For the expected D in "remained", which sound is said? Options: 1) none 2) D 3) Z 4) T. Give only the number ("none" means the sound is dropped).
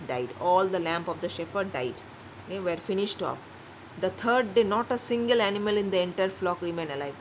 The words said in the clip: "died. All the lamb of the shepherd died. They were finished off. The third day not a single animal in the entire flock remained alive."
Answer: 1